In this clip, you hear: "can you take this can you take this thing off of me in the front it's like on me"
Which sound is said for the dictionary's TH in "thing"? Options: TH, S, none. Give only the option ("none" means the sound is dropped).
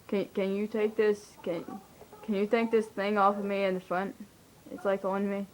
TH